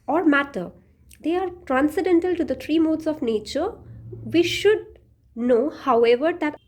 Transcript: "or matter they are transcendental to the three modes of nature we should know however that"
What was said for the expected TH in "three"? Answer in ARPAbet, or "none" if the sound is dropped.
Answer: T